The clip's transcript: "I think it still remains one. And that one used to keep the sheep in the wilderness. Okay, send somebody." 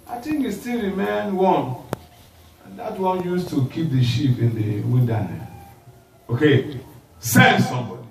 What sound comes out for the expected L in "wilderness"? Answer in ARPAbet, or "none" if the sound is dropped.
N